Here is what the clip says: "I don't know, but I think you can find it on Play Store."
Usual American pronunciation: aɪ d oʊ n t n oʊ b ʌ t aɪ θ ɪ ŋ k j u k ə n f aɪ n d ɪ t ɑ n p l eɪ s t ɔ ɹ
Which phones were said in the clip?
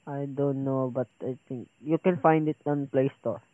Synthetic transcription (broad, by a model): aɪ d oʊ n t n oʊ b ʌ t aɪ t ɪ ŋ k j u k ə n f aɪ n d ɪ t ɑ n p l eɪ s t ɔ